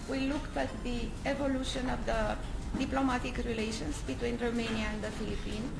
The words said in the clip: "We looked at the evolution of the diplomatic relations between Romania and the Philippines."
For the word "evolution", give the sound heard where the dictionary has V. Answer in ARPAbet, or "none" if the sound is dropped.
V